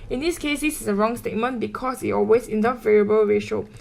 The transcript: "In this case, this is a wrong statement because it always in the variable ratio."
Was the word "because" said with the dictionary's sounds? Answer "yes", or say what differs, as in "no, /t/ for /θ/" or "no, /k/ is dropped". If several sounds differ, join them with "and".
no, /s/ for /z/